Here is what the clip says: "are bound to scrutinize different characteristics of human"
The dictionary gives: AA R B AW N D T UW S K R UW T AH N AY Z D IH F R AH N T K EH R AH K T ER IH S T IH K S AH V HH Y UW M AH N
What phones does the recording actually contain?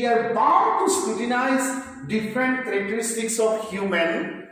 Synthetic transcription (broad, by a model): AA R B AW D T UW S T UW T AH N AY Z D IH F R AH N T K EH R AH K T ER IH S T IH K S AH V HH Y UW M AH N